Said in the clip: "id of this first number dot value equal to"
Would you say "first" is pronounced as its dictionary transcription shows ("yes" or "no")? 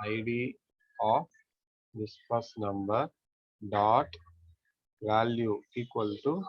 no